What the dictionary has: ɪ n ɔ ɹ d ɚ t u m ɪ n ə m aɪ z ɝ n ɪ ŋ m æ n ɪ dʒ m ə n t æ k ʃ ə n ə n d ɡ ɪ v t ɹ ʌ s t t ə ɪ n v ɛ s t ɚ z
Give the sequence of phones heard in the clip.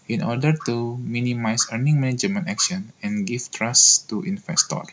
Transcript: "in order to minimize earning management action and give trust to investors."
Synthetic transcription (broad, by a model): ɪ n ɔ ɹ d ɚ t u m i n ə m aɪ s ɝ n ɪ ŋ m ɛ n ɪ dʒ m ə n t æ k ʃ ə n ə n ɡ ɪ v t ɹ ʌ s t t ə n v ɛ s t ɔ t